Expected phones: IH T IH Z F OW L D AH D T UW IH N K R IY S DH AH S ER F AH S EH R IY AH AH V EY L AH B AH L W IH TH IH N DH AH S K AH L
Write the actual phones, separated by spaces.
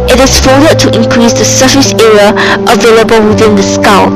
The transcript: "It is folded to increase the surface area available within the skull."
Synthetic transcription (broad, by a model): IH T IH S F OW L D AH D T UW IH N K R IY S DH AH S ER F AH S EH R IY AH AH V EY L AH B AH L W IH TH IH N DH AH S K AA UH